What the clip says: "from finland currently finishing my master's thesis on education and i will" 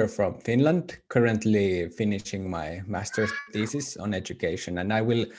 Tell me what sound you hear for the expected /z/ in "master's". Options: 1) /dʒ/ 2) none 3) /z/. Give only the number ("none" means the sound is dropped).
2